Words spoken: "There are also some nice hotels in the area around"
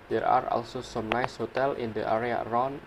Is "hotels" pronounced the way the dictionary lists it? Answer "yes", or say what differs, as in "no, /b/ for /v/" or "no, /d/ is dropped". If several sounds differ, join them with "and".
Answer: no, /z/ is dropped